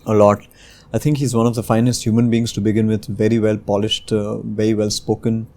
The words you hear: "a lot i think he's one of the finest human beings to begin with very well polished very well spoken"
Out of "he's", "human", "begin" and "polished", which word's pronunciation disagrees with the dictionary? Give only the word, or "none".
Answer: none